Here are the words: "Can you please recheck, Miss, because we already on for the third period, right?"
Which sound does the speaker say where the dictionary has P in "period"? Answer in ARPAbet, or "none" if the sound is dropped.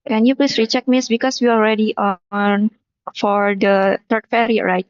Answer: F